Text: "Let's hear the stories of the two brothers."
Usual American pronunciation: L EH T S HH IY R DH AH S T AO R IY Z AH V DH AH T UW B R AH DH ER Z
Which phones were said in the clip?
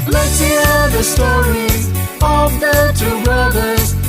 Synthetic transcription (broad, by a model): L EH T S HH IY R DH AH S T AO R IY Z AH V DH AH T UW B R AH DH ER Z